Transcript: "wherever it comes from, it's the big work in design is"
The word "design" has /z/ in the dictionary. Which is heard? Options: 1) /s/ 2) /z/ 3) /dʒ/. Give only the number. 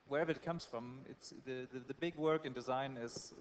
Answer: 2